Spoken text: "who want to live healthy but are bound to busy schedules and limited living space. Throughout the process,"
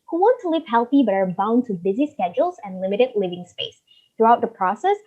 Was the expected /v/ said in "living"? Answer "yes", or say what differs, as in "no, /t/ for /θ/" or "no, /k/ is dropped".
yes